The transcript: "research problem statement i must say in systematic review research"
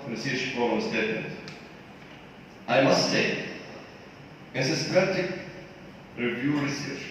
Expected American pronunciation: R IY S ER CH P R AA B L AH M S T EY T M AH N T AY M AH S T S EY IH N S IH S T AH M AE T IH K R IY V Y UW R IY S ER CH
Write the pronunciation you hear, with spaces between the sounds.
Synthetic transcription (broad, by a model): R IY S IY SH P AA L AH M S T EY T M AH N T AY M AH S T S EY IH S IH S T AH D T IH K R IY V Y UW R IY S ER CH